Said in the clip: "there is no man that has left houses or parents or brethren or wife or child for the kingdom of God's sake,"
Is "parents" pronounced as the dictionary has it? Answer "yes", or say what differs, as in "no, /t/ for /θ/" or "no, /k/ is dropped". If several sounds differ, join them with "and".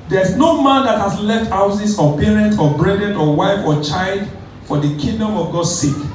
no, /s/ is dropped